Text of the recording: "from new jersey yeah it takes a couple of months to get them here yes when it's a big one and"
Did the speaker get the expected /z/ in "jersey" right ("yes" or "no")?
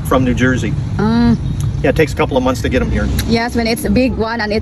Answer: yes